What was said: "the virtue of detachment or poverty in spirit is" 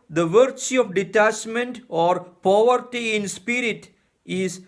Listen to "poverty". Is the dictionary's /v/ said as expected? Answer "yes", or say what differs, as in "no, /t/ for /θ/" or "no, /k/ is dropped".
yes